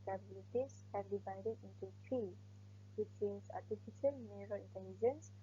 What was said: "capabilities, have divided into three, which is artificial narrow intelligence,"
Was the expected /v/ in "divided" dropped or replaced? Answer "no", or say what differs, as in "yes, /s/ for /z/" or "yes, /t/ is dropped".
no